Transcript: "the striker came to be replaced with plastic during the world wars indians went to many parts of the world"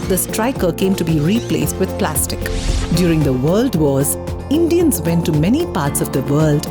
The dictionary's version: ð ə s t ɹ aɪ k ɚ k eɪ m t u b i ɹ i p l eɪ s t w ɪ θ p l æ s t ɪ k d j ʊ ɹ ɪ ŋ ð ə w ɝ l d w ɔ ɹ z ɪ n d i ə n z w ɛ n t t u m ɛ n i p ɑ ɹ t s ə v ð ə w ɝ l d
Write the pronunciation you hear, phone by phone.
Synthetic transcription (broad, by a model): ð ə s t ɹ aɪ k ɚ k eɪ m t u b i ɹ i p l eɪ s t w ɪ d p l æ s t ɪ k d j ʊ ɹ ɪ ŋ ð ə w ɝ l d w ɔ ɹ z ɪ n d i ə n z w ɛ n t t u m ɛ n i p ɑ ɹ t s ə v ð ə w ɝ l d